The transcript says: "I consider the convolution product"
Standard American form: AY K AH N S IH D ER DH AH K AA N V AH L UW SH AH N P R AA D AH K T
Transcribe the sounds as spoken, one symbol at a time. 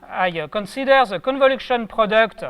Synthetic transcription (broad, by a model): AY K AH N S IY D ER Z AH K AA N V AH L UW SH AH N P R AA D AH K T